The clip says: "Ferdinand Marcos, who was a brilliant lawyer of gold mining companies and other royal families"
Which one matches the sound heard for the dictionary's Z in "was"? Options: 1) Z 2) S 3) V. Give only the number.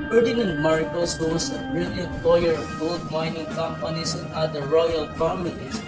2